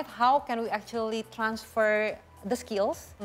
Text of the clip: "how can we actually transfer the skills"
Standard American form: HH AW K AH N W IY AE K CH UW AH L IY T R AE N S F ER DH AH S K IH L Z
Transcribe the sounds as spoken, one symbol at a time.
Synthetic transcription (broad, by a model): HH AW K AH N W IY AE K CH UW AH L IY T R AE N S F ER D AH S K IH L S